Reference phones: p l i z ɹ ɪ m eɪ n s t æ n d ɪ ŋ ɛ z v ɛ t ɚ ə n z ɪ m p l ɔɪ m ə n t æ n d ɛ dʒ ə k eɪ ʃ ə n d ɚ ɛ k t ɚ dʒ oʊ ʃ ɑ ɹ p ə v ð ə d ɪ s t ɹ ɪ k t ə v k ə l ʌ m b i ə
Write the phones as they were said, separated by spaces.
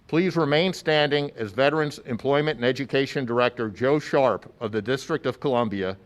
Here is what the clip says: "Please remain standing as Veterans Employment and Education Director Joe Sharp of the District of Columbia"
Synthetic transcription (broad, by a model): p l i z ɹ ɪ m eɪ n s t æ n d ɪ ŋ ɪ z v ɛ t ɚ ə n z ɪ m p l ɔɪ m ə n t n ɛ dʒ ə k eɪ ʃ ə n d ɚ ɛ k t ɚ dʒ oʊ ʃ ɑ ɹ p ə v ð ə d ɪ s t ɹ ɪ k t ə v k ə l ʌ m b i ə